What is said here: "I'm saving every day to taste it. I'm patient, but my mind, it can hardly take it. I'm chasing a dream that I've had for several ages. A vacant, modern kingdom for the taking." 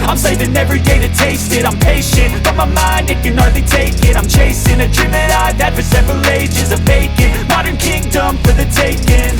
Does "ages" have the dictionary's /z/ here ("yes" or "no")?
yes